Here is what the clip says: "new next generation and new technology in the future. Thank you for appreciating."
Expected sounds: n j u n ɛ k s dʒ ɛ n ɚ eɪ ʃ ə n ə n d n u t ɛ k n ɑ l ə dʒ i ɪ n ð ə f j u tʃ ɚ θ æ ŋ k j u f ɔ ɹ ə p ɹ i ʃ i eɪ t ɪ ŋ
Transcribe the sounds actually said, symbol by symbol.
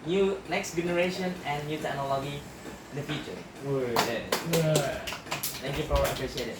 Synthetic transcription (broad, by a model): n j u n ɛ k s dʒ ɛ n ɚ eɪ ʃ ə n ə n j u t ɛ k n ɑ l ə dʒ i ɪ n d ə f j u tʃ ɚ t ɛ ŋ k j u f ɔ w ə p ɹ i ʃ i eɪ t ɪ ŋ